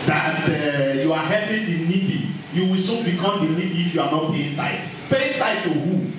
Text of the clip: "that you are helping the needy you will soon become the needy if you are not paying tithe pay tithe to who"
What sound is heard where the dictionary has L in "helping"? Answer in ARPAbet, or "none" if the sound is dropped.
none